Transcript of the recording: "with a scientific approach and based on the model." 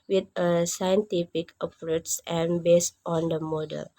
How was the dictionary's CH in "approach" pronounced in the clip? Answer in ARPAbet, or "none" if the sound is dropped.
S